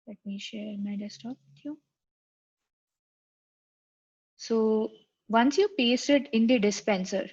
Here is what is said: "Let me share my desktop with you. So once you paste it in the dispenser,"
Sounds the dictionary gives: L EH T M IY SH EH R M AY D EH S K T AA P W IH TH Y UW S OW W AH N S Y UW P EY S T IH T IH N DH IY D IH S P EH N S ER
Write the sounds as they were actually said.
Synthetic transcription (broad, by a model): L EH T M IY SH EH R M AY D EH S T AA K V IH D Y UW S OW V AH N S Y UW P EY S T IH T IH N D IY D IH S P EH N S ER